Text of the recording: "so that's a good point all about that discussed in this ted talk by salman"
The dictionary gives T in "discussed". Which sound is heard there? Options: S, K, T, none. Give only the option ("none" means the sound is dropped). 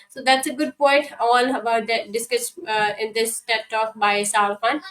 none